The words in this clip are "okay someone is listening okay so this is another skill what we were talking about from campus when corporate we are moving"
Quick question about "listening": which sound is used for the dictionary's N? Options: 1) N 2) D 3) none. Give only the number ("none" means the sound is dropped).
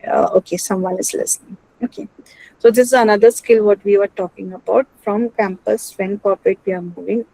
1